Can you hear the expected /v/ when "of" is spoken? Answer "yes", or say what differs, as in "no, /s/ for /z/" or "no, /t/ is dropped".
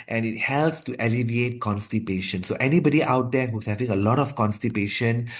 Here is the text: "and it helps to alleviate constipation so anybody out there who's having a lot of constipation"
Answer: no, /f/ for /v/